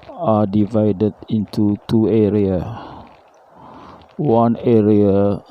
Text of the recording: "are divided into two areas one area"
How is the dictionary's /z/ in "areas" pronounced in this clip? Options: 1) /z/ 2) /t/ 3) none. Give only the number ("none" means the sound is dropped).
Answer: 3